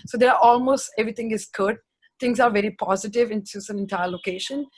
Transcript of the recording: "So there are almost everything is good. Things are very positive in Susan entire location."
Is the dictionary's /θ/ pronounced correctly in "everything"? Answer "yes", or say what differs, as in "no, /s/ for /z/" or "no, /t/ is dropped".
no, /t/ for /θ/